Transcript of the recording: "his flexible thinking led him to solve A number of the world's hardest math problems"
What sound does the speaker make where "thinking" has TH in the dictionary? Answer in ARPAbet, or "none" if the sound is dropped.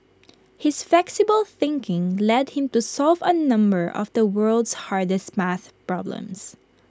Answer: TH